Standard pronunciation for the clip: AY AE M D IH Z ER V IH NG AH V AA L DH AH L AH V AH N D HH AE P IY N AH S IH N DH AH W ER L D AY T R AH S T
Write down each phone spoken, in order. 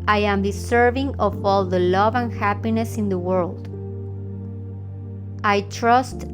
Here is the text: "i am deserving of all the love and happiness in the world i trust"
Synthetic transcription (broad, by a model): AY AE M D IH S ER V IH NG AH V AA L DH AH L AH V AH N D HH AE P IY N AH S IH N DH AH W ER L D AY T R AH S T